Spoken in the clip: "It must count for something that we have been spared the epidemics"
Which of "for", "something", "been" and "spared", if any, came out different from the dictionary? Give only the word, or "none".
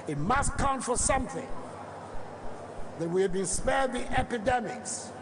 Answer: none